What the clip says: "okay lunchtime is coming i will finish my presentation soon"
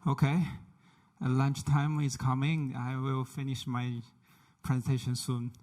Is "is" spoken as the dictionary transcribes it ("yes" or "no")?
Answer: no